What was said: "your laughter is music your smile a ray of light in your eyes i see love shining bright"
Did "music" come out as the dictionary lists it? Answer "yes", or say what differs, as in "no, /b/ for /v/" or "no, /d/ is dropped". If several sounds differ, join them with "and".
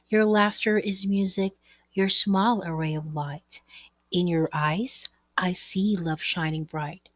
yes